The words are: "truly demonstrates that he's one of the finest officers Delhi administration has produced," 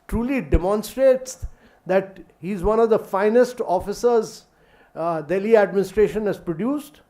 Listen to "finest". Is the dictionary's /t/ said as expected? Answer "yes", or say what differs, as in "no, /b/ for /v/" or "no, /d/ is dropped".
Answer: yes